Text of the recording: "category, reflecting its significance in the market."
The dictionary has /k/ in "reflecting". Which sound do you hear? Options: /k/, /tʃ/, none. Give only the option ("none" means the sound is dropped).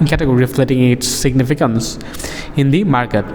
none